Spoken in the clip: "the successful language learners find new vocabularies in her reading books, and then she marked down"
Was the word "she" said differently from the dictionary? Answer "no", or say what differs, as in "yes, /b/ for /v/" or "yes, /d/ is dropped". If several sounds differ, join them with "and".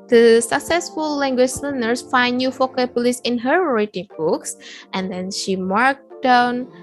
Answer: no